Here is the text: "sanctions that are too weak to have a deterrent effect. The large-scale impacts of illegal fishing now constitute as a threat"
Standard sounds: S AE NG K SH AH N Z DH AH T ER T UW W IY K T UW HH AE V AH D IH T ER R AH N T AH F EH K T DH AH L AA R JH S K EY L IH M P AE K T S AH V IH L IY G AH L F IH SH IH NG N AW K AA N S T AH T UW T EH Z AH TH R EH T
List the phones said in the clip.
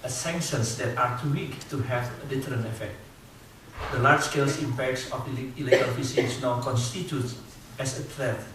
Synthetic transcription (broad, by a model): S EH NG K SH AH N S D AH T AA T UW W IY K T UW HH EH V AH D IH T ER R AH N AH F EH K T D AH L AA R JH S K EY L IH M P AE K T S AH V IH L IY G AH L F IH S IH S N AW K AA N S T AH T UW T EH S AH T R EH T